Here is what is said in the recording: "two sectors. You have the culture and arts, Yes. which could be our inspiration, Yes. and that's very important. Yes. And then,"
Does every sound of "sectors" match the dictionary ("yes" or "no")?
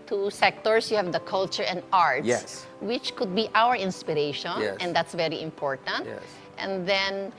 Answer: no